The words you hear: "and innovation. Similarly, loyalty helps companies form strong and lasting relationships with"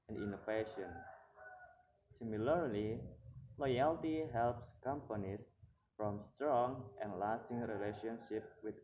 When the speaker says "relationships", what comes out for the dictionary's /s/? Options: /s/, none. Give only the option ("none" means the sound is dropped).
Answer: none